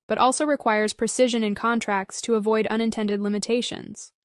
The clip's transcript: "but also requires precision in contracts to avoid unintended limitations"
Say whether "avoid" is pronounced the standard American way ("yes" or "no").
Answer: yes